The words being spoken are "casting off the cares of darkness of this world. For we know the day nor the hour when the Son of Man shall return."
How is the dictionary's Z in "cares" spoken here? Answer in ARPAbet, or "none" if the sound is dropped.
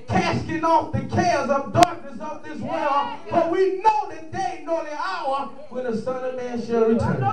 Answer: Z